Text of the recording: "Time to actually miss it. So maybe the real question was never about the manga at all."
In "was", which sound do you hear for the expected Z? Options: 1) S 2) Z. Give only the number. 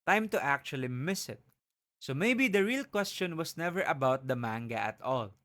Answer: 1